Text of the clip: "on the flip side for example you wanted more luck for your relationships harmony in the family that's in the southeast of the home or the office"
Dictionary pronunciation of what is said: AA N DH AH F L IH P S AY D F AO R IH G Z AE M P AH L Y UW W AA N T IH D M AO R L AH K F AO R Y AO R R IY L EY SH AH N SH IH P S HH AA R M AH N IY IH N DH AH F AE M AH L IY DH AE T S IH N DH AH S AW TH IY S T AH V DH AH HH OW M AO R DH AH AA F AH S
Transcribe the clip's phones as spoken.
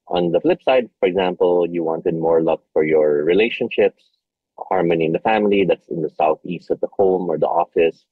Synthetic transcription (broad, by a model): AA N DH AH F L IH P S AY D F AO R IH G Z AE M P AH L Y UW W AA N T IH D M AO R L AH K F AO R Y AO R R IY L EY SH AH N SH IH P S HH AA R M AH N IY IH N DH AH F AE M AH L IY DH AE T S IH N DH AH S AW TH IY S T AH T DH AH HH OW M AO R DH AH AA F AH S